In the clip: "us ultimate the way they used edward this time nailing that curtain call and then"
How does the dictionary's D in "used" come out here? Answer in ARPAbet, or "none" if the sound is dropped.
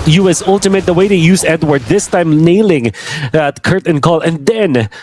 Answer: none